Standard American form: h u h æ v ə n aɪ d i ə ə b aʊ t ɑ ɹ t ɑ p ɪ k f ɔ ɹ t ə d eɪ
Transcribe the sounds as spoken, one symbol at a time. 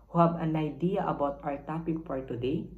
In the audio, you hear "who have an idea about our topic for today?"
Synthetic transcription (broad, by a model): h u h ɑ b ə n aɪ d i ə ə b aʊ t ɑ ɹ t ɑ p ɪ k f ɔ ɹ t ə d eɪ